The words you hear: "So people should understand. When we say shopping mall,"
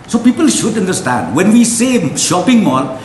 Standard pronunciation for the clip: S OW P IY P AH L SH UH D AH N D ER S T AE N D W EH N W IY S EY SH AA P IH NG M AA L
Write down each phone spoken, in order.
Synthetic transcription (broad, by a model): S OW P IY P AH L SH UH D AH N D ER S T AE N D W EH N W IY S EY SH AA P IH NG M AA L